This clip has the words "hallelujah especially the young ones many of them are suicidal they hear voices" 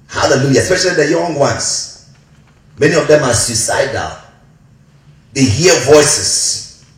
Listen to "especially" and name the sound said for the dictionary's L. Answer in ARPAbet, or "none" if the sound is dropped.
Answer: L